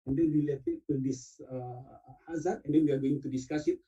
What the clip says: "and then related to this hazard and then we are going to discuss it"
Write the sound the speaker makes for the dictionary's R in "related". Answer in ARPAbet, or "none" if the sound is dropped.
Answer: W